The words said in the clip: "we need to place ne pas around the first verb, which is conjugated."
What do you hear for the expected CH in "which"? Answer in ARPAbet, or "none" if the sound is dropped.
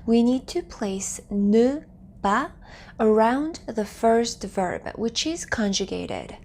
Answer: CH